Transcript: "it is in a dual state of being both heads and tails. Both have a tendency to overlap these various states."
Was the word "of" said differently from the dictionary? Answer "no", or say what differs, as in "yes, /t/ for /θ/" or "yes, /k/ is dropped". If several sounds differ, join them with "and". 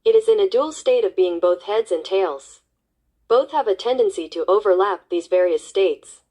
no